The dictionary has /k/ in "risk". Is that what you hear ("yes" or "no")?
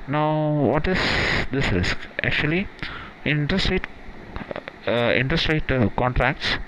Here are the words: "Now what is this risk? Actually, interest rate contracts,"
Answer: yes